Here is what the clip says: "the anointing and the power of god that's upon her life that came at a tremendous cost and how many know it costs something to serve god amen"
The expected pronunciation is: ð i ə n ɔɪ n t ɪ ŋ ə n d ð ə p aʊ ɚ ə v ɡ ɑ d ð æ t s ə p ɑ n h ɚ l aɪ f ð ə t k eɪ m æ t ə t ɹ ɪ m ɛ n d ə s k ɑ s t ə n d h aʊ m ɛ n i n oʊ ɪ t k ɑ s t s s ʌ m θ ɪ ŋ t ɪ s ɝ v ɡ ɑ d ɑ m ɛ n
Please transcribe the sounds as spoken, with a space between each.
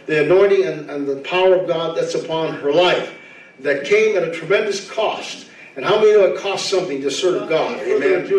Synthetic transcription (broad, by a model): ð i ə n ɔɪ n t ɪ ŋ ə n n ð ə p aʊ ɚ ə v ɡ ɑ d ð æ t s ə p ɑ n ɚ l aɪ f ð ə t k eɪ m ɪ t ə t ɹ ɪ m ɛ n d ə s k ɑ s t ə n h aʊ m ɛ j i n oʊ ɪ t k ɑ s t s s ʌ m θ ɪ ŋ t ɪ s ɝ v ɡ ɑ d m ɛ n